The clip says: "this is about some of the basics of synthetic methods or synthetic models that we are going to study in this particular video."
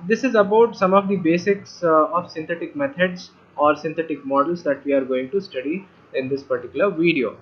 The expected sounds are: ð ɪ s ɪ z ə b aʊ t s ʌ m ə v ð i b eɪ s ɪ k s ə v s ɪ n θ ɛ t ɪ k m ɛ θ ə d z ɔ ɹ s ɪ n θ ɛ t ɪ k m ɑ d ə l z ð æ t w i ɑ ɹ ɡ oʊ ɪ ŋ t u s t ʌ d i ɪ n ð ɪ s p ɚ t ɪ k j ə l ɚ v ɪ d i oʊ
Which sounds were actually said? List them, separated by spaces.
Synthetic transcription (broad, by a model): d ɪ s ɪ z ə b aʊ t s ʌ m ə v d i b eɪ s ɪ k s ə v s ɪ n t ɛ t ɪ k m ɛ t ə d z ɔ ɹ s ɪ n t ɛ t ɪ k m ɑ d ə l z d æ t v i ɑ ɹ ɡ oʊ ɪ ŋ t u s t ʌ d i ɪ n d ɪ s p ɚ t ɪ k j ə l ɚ v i d i oʊ